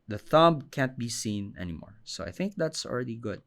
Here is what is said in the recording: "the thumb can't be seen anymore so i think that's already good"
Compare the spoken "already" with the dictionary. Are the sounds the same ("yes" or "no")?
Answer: yes